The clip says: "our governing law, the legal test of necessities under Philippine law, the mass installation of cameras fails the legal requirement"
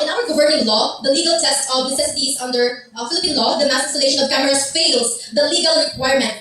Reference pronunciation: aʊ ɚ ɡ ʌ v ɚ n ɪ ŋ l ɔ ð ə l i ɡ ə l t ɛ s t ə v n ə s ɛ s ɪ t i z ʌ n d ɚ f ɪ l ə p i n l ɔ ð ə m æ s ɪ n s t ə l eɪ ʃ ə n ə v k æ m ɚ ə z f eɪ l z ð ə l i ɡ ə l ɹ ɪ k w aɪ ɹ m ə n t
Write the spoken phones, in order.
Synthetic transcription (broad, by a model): aʊ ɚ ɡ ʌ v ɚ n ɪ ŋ l ɔ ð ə l i ɡ ə l t ɛ s t ə v n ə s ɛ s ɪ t i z ʌ n d ɚ f ɪ l ə p i n l ɔ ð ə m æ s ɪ s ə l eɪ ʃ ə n ə v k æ m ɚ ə s f eɪ l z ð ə l i ɡ ə l ɹ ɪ k w aɪ ɹ m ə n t